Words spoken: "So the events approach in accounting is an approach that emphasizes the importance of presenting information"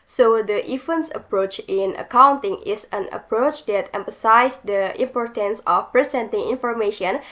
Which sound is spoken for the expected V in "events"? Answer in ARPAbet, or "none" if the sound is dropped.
F